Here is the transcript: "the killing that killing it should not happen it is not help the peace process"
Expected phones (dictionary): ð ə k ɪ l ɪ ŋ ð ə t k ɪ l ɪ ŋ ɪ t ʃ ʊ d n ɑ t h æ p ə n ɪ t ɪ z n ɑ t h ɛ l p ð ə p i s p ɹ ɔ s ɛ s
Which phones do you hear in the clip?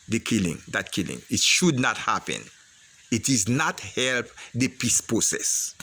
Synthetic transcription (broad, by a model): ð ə k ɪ l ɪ ŋ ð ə t k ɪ l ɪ ŋ ɪ t ʃ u d n ɑ t h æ p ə n ɪ t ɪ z n ɑ t h ɛ l p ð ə p i s p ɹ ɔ s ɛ s